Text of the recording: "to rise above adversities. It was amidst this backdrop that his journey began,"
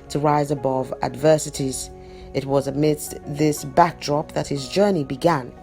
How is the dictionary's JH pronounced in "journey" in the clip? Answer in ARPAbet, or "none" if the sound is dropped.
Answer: JH